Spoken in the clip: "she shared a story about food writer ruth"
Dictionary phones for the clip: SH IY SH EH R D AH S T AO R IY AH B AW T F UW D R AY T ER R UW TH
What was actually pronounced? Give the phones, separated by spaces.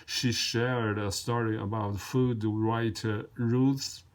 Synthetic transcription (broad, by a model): SH IY SH EH R D AH S T AO R IY AH B AW T F UW D R AY T ER R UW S